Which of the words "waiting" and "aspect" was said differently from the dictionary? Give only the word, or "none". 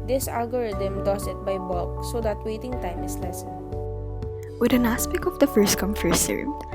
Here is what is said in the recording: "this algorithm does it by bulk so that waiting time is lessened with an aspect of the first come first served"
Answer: aspect